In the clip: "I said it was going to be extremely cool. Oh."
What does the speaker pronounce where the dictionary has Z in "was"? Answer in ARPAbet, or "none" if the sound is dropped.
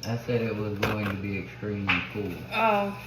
Z